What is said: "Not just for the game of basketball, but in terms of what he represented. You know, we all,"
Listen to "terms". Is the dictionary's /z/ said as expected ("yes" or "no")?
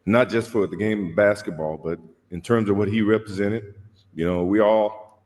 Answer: yes